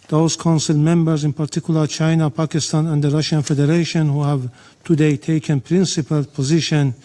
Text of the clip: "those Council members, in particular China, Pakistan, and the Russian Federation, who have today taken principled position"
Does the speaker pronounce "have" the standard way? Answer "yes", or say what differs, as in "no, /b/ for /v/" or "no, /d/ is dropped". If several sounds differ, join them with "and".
yes